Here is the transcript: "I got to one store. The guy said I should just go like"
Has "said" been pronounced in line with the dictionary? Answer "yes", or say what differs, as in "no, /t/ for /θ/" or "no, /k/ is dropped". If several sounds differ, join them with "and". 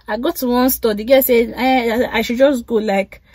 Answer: no, /d/ is dropped